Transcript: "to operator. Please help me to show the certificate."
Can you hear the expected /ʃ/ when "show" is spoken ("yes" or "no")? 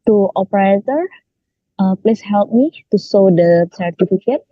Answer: no